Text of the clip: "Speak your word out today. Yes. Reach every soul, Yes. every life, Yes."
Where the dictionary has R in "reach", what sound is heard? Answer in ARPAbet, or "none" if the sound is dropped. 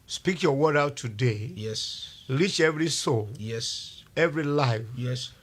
L